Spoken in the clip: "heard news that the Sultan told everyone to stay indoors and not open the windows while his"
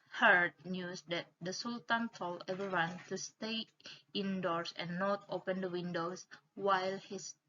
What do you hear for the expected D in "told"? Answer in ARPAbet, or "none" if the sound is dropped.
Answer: none